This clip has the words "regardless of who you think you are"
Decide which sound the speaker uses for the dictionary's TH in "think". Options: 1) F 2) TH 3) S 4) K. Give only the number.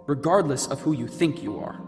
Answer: 2